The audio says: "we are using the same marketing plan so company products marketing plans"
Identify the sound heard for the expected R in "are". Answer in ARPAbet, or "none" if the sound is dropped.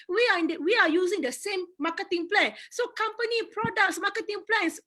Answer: W